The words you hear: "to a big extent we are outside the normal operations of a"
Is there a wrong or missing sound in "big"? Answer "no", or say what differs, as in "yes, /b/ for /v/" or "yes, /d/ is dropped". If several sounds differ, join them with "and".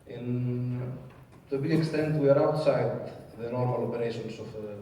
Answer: yes, /ɡ/ is dropped